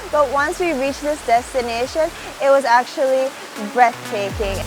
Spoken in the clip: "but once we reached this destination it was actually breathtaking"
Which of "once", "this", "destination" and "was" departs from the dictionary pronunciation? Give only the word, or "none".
none